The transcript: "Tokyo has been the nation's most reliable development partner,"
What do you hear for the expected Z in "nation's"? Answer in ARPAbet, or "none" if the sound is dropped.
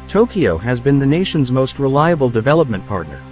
Z